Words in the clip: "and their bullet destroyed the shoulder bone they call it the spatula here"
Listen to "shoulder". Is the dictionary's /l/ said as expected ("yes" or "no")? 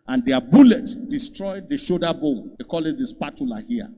no